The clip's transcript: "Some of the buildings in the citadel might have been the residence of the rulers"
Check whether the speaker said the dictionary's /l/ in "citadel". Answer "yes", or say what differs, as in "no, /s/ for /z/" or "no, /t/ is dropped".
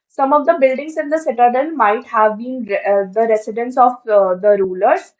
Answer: no, /n/ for /l/